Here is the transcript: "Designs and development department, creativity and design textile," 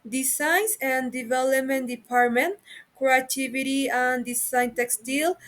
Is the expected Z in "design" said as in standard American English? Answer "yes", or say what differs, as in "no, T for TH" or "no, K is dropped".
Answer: no, S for Z